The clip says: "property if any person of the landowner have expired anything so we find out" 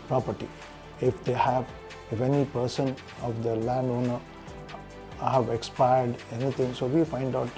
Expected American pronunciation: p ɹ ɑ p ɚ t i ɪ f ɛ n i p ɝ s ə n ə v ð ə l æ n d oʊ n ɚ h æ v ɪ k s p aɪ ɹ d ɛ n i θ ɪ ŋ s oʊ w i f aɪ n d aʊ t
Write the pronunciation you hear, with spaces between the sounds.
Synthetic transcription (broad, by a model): p ɹ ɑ p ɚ t i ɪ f ɛ n i p ɝ s ə n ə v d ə l æ n d oʊ n ɚ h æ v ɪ k s p aɪ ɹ d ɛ n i t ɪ ŋ s oʊ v i f aɪ n d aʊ t